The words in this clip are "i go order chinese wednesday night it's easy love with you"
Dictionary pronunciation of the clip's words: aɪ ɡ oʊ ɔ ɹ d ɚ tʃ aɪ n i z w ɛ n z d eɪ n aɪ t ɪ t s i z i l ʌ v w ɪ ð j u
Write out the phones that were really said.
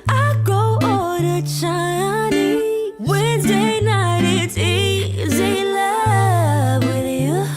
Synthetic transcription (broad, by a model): aɪ ɡ oʊ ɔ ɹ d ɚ tʃ aɪ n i w ɛ n z d eɪ n aɪ t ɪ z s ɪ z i l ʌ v w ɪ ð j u